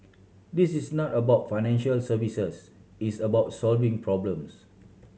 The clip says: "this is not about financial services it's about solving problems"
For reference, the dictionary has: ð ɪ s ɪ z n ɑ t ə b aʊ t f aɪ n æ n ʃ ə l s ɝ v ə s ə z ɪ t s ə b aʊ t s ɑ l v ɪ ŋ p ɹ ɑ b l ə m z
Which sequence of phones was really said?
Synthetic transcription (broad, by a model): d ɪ s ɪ s n ɑ t ə b aʊ t f aɪ n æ n ʃ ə l s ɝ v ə s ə s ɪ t s ə b aʊ t s ɑ l v ɪ ŋ p ɹ ɑ b l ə m s